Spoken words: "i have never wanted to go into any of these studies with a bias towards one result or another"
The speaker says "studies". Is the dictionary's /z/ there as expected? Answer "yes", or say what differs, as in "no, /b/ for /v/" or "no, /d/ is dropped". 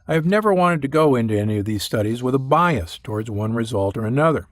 yes